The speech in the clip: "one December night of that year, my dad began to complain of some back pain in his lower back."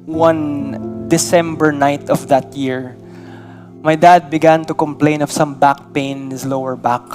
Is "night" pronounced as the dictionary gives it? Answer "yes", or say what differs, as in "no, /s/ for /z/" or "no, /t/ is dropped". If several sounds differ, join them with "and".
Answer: yes